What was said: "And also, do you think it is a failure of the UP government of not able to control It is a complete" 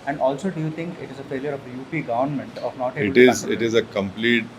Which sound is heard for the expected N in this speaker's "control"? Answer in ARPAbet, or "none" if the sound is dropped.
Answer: none